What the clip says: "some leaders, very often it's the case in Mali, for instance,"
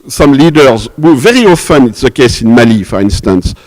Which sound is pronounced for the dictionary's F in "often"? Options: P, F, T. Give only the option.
F